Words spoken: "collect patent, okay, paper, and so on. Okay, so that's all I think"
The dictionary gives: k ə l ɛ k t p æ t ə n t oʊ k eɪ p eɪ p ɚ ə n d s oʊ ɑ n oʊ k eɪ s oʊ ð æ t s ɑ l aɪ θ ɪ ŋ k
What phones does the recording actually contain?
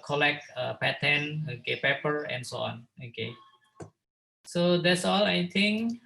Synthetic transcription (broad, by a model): k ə l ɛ k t p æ t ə n oʊ k eɪ p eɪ p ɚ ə n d s oʊ ɑ n oʊ k eɪ s oʊ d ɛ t s ɑ l aɪ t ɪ ŋ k